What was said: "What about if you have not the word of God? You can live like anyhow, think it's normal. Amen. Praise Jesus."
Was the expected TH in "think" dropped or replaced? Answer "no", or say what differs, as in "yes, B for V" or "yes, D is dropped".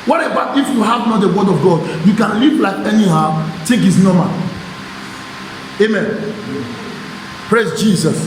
yes, T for TH